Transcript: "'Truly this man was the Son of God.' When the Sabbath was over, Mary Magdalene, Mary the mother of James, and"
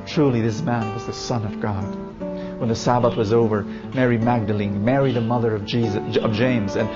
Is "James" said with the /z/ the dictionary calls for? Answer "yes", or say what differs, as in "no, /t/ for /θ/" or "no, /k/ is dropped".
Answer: yes